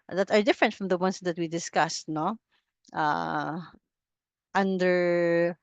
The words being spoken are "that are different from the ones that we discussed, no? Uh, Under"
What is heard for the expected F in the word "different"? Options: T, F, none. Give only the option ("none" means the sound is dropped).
F